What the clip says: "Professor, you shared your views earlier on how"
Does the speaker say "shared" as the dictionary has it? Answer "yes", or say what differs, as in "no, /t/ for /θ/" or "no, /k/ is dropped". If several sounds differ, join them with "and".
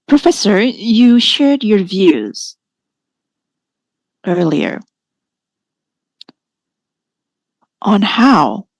yes